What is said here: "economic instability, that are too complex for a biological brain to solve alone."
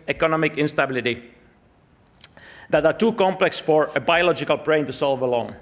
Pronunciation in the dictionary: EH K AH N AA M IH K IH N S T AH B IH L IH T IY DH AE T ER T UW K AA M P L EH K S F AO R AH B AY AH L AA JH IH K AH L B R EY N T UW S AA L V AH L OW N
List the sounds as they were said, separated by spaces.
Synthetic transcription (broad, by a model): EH K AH N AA M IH K IH N S T AH B IH L IH T IY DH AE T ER T UW K AA M P L EH K S F AO R AH B AY AH L AA JH IH K AH L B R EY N T UW S AA L V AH L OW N